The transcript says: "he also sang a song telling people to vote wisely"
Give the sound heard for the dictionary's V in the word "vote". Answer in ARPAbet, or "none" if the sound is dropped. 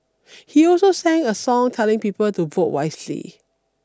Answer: V